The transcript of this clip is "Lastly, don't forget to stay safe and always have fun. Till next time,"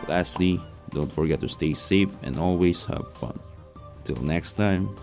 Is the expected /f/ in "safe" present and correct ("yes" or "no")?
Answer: yes